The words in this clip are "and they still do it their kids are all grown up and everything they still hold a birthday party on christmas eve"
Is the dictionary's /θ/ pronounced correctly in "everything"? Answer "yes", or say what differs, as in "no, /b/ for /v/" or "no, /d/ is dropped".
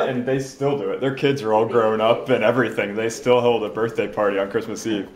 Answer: yes